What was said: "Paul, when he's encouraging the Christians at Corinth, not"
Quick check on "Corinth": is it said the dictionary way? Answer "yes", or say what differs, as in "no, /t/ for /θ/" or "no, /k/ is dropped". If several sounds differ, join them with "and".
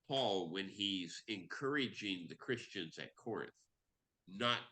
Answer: yes